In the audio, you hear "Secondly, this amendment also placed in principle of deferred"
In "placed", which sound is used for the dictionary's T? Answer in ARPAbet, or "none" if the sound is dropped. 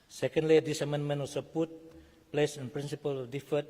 none